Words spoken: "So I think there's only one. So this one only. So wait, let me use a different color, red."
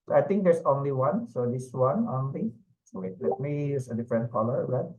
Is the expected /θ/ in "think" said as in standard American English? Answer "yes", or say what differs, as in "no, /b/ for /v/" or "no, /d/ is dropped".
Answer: no, /t/ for /θ/